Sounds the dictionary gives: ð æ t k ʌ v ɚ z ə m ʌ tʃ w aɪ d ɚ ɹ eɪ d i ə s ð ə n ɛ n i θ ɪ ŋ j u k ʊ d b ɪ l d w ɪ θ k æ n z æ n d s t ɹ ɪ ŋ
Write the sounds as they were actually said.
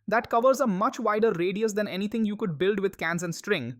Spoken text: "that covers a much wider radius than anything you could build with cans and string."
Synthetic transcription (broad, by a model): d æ t k ʌ v ɚ z ə m ʌ tʃ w aɪ d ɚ ɹ eɪ d i ə s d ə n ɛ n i t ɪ ŋ j u k ʊ d b ɪ l d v ɪ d k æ n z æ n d s t ɹ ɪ ŋ